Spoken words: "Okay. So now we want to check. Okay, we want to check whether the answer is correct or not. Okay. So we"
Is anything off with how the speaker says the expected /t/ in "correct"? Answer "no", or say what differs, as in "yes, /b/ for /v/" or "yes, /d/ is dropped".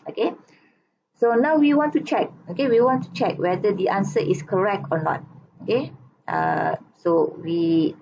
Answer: no